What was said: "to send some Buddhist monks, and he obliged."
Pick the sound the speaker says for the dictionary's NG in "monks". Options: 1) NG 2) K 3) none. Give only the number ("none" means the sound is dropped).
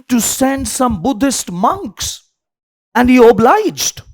1